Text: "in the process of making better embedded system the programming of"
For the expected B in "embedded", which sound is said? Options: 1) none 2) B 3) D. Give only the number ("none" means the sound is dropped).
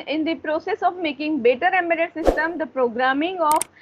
1